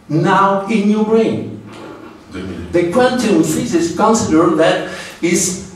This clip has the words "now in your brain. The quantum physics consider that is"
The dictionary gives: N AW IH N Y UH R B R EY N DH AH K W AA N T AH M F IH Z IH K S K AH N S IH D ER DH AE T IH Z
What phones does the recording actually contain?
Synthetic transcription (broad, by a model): N AW IH N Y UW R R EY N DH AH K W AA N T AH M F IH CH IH S K AH N S IH D ER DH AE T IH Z